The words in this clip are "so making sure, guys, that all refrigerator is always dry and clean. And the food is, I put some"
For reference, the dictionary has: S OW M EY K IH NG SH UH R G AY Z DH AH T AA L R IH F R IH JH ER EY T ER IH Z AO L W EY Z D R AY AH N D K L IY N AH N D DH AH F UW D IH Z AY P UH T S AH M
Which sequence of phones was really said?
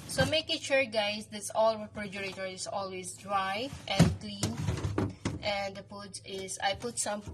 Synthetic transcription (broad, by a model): S OW M EY K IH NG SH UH R G AY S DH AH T AA L R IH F R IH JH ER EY T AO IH S AO L W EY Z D R AY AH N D K L IY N AH N D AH P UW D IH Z AY P UH T S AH M